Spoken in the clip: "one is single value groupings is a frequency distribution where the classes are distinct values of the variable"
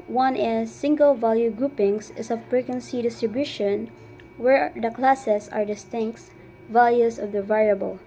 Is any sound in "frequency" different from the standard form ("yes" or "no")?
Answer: yes